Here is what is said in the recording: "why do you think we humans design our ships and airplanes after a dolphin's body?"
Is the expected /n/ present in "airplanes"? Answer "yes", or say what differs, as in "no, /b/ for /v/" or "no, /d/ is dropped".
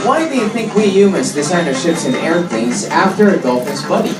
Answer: no, /n/ is dropped